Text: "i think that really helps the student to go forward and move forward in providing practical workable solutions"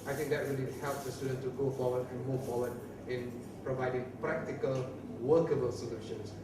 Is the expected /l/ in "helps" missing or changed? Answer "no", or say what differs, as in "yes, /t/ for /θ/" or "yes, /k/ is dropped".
no